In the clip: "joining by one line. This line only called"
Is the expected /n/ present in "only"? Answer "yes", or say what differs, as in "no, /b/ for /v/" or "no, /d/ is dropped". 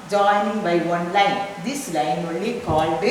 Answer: no, /n/ is dropped